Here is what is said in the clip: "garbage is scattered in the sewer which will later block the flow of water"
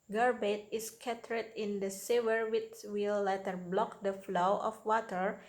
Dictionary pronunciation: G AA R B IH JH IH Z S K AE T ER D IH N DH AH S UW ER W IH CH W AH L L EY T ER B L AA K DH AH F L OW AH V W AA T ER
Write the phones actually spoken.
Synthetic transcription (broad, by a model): G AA R B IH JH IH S K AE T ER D IH N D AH S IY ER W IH S W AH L L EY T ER B L AA K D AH F L OW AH F W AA T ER